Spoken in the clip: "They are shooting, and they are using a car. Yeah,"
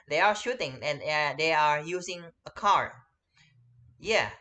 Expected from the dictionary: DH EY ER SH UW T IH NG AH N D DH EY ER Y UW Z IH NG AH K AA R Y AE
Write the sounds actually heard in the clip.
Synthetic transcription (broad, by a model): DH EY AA SH UW T IH NG AH N D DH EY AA Y UW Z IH NG AH K AA R Y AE